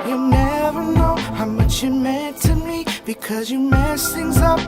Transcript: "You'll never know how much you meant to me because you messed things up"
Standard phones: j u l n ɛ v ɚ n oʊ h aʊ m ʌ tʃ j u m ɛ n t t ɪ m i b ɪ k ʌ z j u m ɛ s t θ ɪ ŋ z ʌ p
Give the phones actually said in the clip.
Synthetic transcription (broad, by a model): j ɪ n ɛ v ɚ n oʊ h aʊ m ʌ tʃ j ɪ m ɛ n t t ɪ m i b ɪ k ʌ z j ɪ m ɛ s θ ɪ ŋ z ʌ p